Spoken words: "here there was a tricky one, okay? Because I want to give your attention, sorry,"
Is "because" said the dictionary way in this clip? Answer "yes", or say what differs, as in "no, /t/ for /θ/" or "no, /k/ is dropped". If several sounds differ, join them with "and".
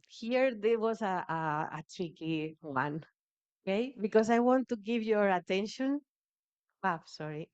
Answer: no, /s/ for /z/